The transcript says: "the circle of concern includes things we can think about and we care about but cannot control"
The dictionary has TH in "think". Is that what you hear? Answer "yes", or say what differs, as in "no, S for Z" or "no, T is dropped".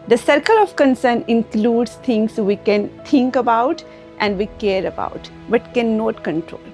no, T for TH